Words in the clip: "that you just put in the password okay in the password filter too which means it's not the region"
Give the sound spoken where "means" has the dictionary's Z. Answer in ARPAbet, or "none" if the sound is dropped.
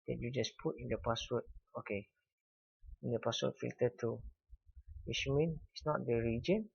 none